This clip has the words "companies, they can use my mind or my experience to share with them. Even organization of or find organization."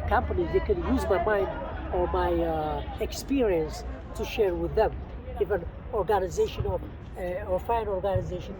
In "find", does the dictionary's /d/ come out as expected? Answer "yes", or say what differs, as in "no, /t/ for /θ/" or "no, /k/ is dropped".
no, /d/ is dropped